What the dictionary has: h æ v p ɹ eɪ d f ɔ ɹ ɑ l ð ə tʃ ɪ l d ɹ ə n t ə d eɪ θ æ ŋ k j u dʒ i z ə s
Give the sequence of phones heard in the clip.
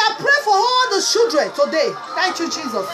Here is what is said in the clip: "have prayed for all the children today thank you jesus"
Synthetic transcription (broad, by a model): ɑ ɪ p ɹ eɪ f ɔ ɹ ɑ l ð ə ʃ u d ɹ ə n t ə d eɪ θ æ ŋ k j u dʒ i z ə s